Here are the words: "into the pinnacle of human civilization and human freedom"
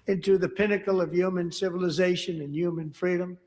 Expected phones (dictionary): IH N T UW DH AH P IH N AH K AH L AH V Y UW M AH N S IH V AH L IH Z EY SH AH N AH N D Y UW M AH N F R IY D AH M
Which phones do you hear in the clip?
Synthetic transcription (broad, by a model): IH N T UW DH AH P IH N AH K L AH V Y UW M AH N S IH V AH L IH Z EY SH AH N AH N Y UW M AH N F R IY D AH M